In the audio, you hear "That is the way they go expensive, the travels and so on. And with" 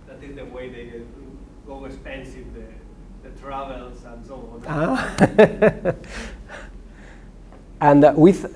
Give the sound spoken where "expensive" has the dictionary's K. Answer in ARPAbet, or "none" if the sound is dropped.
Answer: none